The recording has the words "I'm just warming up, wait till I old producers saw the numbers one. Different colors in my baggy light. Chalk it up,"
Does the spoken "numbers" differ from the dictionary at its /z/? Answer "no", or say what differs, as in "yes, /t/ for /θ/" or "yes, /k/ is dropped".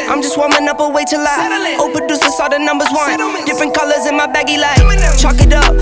no